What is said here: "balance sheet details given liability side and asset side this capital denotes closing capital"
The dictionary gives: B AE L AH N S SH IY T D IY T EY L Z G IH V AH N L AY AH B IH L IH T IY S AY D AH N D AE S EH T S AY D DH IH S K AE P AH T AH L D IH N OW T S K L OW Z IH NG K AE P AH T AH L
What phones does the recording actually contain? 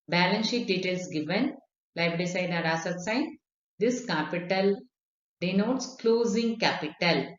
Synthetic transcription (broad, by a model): B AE L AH N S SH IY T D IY T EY L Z G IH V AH N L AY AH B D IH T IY S AY D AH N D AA S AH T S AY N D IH S K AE P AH T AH L D IH N OW T S K L OW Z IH NG K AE P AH T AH L